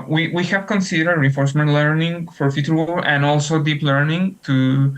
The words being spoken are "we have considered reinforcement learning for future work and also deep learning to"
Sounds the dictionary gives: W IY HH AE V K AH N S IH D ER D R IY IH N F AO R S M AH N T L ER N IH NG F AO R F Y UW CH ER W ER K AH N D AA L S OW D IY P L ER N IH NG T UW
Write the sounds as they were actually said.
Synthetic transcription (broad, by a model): W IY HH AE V K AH N S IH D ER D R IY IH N F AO R S M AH N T L ER N IH NG F AO R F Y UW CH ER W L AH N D AA L S OW D IY P L ER N IH NG T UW